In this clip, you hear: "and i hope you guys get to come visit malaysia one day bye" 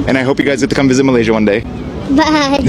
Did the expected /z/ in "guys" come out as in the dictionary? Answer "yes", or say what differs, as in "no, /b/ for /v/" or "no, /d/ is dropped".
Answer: yes